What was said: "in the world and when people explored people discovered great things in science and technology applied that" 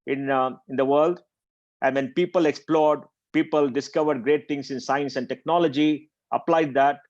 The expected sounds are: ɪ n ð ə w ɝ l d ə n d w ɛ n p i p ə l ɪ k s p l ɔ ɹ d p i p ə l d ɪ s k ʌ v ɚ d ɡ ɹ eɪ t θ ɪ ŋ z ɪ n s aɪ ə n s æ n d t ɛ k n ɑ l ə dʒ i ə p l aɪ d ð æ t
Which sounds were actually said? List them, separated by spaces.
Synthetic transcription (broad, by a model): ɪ n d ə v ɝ l d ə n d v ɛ n p i p ə l ɪ k s p l ɔ ɹ d p i p ə l d ɪ s k ʌ v ɚ d ɡ ɹ eɪ t t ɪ ŋ s ɪ n s aɪ ə n s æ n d t ɛ k n ɑ l ə dʒ i ə p l aɪ d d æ t